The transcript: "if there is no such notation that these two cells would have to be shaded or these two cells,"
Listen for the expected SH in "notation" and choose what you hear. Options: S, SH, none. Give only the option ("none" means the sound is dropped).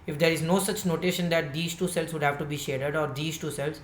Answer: SH